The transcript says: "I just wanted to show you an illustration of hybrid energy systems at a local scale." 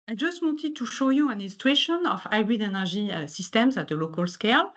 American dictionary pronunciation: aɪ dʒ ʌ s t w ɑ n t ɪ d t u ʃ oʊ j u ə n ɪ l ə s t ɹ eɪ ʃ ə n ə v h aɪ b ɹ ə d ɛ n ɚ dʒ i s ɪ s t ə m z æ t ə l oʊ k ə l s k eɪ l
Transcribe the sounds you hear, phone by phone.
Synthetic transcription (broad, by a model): aɪ dʒ ʌ s t w ɑ n t ɪ d t u ʃ oʊ j u ə n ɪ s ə t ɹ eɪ ʃ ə n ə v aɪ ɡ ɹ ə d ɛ n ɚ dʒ i s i s t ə m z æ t ə l oʊ k ə l s k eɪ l